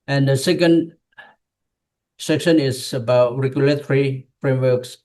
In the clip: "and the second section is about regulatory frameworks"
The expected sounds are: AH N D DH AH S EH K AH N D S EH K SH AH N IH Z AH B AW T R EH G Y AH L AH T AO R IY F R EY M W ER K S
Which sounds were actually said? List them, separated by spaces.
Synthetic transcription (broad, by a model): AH N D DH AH S EH K AH N D S EH K SH AH N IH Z AH B AW T R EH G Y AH L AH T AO R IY F R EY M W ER K S